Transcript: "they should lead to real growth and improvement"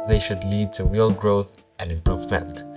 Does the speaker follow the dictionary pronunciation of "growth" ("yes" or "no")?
yes